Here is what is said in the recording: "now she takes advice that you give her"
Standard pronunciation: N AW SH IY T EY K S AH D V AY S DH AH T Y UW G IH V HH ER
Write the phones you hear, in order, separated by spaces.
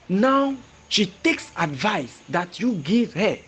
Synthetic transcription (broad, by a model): N AW SH IY T EY K S AH D V AY S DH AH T Y UW G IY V HH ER